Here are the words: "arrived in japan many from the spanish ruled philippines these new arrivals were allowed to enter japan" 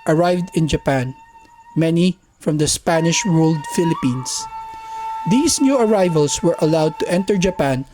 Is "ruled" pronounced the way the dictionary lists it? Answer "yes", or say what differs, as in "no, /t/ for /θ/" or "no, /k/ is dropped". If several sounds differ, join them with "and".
no, /w/ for /ɹ/